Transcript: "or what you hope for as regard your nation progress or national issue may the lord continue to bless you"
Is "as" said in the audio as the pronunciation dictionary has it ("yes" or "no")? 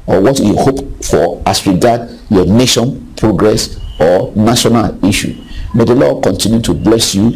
no